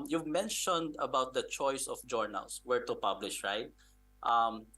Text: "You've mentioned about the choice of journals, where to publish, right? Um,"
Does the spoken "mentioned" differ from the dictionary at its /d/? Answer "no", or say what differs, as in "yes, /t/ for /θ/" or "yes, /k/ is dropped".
no